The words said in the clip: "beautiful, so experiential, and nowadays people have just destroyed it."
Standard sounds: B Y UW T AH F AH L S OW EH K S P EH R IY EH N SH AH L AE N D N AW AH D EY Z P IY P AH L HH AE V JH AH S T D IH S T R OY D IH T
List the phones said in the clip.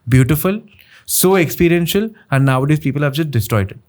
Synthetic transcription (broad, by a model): B Y UW T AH F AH L S OW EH K S P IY R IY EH N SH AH L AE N D N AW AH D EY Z P IY P AH L HH AE V JH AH S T D IH S T R OY D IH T